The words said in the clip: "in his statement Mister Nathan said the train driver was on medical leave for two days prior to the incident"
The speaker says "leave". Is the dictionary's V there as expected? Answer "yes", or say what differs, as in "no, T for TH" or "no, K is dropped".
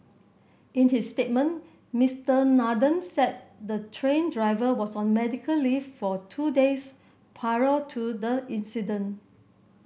no, F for V